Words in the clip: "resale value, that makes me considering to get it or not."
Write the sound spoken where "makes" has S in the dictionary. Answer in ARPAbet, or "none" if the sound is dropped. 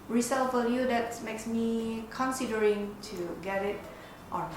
S